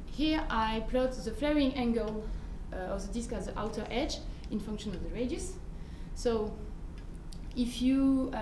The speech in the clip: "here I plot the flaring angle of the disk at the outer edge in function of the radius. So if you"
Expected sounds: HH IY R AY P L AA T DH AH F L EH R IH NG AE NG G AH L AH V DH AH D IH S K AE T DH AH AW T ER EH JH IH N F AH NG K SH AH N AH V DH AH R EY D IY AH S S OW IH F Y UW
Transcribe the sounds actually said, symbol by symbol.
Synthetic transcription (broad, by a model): HH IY R AY P L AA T DH AH F L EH R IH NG AE NG G AH L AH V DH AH D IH S K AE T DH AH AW T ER EH JH IH N F AH NG K SH AH N AH V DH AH R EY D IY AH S S OW IH F Y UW